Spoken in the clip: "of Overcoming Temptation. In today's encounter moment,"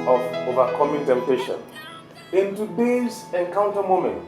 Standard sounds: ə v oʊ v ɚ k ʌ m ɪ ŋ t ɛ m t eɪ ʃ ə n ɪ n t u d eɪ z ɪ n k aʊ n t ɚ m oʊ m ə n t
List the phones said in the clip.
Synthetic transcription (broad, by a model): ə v oʊ v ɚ k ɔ m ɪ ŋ t ɛ m t eɪ ʃ ə n ɪ n t u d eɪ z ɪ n k aʊ n t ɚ m oʊ m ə n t